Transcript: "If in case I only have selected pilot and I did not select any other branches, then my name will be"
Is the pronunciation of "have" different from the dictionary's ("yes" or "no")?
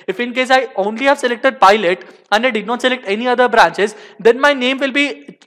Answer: no